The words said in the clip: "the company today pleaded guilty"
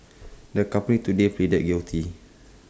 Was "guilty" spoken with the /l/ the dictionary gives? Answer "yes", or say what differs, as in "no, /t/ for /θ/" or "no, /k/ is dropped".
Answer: no, /w/ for /l/